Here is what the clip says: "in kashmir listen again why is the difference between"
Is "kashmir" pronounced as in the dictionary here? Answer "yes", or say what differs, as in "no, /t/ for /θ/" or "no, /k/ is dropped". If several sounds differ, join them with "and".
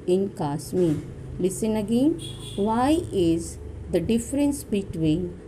no, /s/ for /ʃ/